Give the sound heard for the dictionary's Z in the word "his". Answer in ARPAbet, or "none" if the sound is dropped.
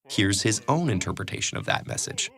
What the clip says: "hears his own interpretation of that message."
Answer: Z